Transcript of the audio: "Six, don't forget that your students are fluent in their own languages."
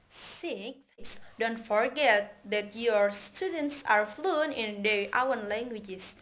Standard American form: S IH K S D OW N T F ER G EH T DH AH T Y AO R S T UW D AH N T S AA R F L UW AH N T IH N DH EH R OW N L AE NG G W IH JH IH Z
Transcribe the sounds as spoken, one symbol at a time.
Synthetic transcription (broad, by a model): S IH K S D OW N T F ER G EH T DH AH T Y AO R S T UW D AH N T S AA R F L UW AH N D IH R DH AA W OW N L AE NG G W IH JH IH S